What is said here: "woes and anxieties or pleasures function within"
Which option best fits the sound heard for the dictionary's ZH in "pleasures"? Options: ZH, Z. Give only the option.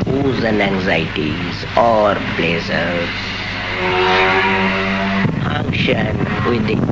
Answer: Z